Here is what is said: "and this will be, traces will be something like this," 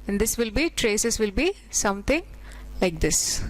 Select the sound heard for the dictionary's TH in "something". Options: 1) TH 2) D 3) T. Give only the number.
3